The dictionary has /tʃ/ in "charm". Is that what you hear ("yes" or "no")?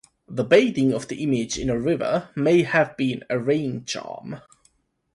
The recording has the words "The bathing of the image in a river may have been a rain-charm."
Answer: yes